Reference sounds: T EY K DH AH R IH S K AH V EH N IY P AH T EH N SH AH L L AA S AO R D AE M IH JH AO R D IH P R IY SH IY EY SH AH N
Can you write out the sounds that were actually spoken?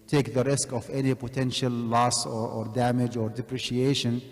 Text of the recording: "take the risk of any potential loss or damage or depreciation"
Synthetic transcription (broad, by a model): T EY K DH AH R IH S K AH V EH N IY P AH T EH N SH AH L L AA S AO R D AE M IH JH AO R D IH P R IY SH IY EY SH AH N